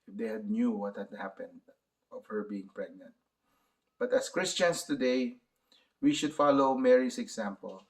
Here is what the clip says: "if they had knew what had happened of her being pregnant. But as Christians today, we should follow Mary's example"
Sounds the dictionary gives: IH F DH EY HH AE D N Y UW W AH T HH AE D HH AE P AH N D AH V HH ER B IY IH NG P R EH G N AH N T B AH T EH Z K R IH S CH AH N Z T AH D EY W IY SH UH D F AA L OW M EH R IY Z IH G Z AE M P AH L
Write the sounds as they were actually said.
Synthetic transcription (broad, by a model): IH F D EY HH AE D N Y UW W AH T HH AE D HH AE P AH N D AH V HH ER B IY IH NG P R EH G N AH N T B AH T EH S K R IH S CH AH N S T AH D EY W IY SH UH D F AA L OW M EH R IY S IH G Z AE M P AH L